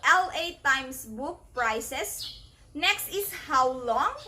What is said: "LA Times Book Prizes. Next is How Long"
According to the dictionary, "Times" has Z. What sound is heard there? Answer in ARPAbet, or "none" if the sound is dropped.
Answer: S